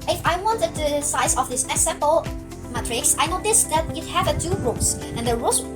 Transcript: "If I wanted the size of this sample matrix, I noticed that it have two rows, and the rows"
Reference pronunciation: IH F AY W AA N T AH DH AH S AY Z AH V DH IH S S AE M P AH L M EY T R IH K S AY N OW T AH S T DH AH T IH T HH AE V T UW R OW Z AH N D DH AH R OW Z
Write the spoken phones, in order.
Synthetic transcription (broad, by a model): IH F AY W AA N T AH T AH S AY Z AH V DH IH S S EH P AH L M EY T R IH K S AY N OW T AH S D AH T IH T HH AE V T UW R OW S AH N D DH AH R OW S